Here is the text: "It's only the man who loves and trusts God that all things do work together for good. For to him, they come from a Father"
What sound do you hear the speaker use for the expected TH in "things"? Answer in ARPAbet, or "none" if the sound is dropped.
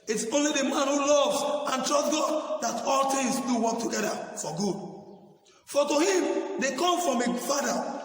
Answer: T